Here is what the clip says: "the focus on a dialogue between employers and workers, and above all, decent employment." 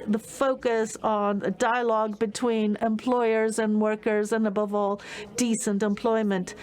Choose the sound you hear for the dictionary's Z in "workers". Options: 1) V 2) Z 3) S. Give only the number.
2